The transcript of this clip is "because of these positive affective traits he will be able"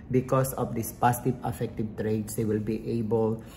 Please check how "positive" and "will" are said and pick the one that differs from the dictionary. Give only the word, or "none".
positive